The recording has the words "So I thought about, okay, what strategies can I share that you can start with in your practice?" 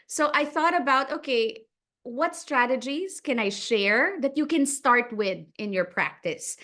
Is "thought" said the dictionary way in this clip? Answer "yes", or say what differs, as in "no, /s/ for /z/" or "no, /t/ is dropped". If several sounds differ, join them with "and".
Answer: yes